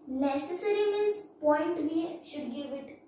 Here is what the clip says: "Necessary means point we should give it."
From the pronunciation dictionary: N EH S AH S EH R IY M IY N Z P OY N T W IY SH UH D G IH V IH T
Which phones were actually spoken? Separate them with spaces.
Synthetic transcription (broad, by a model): N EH S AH S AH R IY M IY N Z P OY N T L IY SH UH D G IH V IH T